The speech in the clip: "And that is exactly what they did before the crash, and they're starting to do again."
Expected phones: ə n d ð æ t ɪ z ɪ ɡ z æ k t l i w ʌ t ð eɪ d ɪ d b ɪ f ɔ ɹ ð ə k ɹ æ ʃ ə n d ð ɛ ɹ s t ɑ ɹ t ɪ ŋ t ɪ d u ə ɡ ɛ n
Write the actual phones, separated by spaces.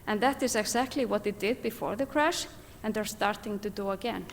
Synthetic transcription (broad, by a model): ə n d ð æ t ɪ z ɪ ɡ z æ k t l i w ʌ t ð eɪ d ɪ d b ɪ f ɔ ɹ ð ə k ɹ æ ʃ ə n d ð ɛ ɹ s t ɑ ɹ t ɪ ŋ t ɪ d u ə ɡ ɛ n